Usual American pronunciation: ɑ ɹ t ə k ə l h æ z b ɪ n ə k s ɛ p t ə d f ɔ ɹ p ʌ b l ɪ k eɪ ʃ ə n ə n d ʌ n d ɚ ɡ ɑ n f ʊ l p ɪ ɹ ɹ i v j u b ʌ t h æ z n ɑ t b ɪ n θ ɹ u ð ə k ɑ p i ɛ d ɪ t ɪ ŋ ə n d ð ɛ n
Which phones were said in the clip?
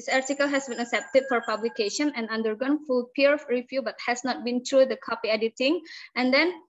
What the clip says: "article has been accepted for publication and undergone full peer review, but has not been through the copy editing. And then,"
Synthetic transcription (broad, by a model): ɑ ɹ t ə k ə l h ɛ s b ɪ n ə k s ɛ p t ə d f ɔ ɹ p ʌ b l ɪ k eɪ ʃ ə n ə n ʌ n d ɚ ɡ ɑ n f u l p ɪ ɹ ɹ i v j u b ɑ t h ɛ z n ɑ t b ɪ n t ɹ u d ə k ɑ p i ɛ d ɪ t ɪ ŋ ə n d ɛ n